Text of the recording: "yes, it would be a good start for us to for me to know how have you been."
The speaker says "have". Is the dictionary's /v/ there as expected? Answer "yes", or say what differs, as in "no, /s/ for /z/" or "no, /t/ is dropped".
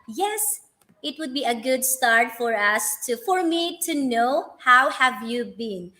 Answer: yes